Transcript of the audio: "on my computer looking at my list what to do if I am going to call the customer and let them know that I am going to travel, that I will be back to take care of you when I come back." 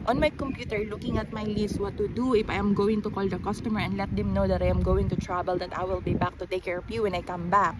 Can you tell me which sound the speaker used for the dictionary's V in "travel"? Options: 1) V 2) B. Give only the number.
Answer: 2